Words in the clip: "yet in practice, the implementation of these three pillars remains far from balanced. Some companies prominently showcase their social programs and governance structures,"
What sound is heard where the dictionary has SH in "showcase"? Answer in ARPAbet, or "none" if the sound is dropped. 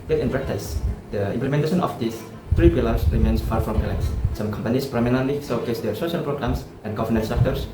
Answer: S